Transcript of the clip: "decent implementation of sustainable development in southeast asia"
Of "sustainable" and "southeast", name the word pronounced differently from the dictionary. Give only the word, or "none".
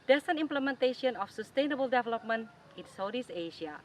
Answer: southeast